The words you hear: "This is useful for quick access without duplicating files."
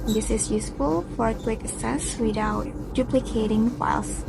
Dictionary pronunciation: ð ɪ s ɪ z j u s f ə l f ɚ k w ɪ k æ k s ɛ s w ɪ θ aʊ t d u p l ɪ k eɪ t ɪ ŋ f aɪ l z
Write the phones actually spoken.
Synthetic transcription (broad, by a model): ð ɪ s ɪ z j u s f ə l f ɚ k w ɪ k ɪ s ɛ s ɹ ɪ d aʊ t d u p l ɪ k eɪ t ɪ ŋ f aɪ l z